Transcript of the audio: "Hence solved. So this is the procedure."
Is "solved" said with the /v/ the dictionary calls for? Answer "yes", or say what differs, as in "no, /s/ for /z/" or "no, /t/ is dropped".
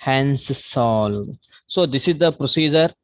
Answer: no, /v/ is dropped